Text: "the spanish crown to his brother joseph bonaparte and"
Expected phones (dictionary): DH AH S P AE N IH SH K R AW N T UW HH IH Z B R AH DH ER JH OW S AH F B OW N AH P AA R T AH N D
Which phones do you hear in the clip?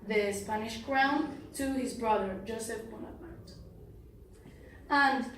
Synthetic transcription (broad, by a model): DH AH S P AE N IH SH K R AW N T UW HH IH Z B R AH DH ER JH OW S AH F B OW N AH AA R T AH N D